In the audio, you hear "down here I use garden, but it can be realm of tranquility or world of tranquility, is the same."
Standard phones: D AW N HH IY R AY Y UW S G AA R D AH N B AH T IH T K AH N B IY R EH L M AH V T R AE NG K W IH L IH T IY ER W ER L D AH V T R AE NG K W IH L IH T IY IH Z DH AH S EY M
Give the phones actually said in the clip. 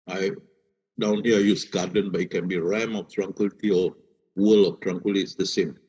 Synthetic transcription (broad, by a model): D AW N HH IY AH AY Y UW S G AA D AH N B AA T IH T K AH N B IY R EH M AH F T R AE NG K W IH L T IY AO W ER L AH F T R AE NG K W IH L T IY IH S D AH S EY M